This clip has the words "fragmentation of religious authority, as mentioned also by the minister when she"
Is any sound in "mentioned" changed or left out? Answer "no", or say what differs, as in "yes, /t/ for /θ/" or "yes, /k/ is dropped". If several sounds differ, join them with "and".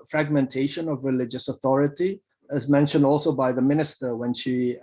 no